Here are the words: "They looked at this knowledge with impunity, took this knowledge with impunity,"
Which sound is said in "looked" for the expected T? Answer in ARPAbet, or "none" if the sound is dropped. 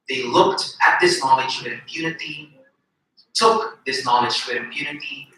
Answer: T